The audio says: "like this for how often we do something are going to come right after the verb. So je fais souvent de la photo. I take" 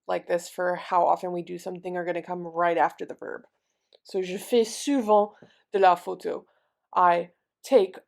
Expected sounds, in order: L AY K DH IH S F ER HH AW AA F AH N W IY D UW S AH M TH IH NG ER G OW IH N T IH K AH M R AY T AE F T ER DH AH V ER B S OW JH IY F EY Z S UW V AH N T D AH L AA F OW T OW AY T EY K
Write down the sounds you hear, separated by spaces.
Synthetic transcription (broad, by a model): L AY K DH IH S F ER HH AW AA F AH N W IY D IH S AH M TH IH NG ER G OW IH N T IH K AH M R AY T AE F T ER DH AH V ER B S OW ZH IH F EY S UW V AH D AH L AA F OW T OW AY T EY K